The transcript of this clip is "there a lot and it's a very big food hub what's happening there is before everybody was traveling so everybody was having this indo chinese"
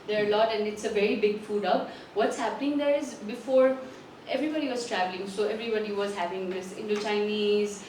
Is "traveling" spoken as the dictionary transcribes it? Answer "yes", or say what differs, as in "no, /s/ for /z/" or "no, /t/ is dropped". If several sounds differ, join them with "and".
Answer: yes